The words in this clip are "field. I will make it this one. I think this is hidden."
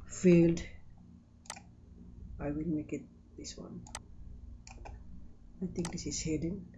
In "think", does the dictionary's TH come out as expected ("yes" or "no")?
no